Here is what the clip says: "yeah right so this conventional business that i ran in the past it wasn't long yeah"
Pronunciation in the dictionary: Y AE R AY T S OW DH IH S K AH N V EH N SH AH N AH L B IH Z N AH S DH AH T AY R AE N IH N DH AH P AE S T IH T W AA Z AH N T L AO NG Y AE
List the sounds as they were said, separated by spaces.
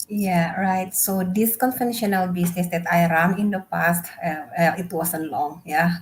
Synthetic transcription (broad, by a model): Y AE R AY T S OW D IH S K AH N F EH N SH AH N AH L B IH S N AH S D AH T AY R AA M IH N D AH P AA S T IH T W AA S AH N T L AO NG Y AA